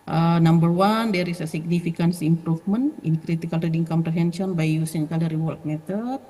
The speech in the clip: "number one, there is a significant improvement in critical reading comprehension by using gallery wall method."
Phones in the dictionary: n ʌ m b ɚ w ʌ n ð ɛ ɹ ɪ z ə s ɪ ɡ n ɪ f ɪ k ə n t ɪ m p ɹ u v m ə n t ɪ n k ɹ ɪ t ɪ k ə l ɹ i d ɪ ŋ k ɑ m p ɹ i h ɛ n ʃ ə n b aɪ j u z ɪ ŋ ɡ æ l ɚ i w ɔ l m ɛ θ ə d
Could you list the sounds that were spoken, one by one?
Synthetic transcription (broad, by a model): n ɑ m b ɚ w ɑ n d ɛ ɹ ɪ s ə s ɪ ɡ n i f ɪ k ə n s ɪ m p ɹ u f m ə n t ɪ n k ɹ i t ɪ k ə l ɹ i d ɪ ŋ k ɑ m p ɹ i h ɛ n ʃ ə n b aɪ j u s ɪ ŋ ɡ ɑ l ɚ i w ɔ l m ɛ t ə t